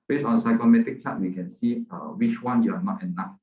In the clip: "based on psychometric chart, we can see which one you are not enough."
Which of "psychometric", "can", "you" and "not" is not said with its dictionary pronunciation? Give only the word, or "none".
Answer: psychometric